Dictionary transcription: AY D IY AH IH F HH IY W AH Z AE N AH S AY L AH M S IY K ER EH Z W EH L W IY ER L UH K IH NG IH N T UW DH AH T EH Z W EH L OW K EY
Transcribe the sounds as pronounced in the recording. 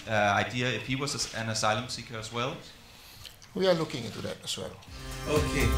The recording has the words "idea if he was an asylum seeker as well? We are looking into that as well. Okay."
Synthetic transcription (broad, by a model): AY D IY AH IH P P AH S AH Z AE N AH S AY L AH M S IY K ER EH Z W EH L W IY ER L UH K IH NG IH T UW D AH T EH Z W EH L OW K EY